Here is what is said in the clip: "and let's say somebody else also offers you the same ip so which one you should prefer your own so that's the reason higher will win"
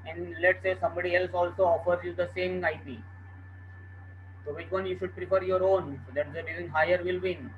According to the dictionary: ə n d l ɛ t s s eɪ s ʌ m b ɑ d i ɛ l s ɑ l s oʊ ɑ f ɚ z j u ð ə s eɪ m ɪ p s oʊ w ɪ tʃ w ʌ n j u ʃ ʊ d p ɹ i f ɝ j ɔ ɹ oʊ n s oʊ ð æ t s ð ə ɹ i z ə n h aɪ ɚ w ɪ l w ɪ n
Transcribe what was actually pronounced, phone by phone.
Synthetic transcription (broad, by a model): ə n d l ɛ t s s eɪ s ʌ m b ɑ d i ɛ l s ɑ l s oʊ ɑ f ɚ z j u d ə s eɪ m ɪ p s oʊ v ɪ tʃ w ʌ n j u ʃ ʊ d p ɹ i p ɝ j ɔ ɹ oʊ n s oʊ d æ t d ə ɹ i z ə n h aɪ ɚ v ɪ l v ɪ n